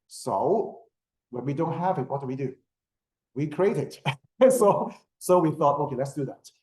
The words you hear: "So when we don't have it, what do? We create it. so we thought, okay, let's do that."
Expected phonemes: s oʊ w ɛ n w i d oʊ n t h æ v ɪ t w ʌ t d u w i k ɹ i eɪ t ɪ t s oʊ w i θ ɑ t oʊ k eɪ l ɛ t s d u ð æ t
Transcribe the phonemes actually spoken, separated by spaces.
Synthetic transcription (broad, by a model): s oʊ w ɛ n w i d oʊ n t h æ v ɪ t w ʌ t d u w i k ɹ i eɪ t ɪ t s oʊ w i θ ɑ t oʊ k eɪ l ɛ t s d u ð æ t